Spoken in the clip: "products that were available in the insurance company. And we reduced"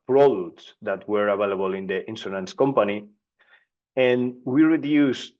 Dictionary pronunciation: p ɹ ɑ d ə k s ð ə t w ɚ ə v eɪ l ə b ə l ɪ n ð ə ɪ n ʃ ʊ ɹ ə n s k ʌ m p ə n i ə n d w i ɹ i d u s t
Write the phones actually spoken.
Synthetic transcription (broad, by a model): p ɹ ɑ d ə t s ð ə t w ɚ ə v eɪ l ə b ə l ɪ n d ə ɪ n s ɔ l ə n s k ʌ m p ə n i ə n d w i ɹ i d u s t